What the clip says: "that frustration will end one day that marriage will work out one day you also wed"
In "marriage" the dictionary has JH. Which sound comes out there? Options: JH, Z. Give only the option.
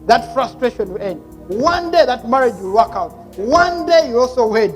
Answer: JH